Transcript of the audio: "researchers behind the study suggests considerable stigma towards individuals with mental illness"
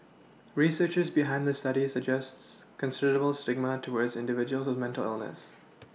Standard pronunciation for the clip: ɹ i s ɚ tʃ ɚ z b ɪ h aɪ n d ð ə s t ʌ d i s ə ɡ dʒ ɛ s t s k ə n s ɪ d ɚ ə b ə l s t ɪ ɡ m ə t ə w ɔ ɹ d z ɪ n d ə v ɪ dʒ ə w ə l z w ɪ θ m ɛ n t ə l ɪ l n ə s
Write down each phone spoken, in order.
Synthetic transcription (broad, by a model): ɹ i s ɚ tʃ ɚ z b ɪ h aɪ n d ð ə s t ʌ d i s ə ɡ dʒ ɛ s t s k ə n s ɪ d ɚ ə b ə l s t ɪ ɡ m ə t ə w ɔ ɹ d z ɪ n d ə v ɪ dʒ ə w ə l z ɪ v m ɛ n t ə l ɪ l n ə s